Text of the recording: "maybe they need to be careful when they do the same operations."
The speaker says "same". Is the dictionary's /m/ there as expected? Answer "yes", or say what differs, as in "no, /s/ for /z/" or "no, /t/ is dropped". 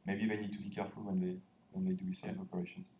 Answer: no, /m/ is dropped